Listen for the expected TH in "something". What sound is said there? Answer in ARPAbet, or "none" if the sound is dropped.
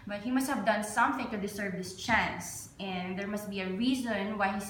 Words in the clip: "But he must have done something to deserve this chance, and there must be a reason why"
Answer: TH